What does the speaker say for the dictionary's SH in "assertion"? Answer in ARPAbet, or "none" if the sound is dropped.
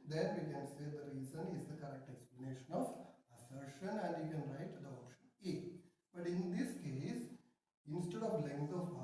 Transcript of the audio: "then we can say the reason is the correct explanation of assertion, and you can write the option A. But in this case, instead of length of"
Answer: SH